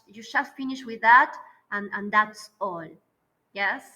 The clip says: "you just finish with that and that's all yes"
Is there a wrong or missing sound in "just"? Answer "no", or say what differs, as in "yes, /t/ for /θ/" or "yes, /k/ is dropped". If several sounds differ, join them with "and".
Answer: yes, /ʃ/ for /dʒ/